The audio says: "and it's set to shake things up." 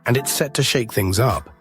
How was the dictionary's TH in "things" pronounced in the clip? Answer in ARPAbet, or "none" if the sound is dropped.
TH